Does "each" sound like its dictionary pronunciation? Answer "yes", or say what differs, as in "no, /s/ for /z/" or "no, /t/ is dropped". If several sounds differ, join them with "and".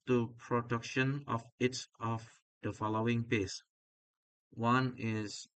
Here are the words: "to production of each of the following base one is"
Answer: no, /s/ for /tʃ/